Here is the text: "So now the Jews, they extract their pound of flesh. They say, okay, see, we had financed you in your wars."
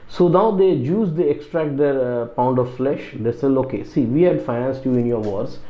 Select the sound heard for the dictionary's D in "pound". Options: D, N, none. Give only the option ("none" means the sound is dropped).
D